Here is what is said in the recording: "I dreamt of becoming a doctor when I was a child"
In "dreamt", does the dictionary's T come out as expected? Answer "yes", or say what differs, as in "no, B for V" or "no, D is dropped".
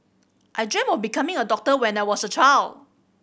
no, T is dropped